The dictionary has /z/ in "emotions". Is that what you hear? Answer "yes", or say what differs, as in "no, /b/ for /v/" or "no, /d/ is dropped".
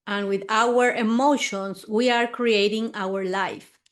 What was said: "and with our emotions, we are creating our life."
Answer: no, /s/ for /z/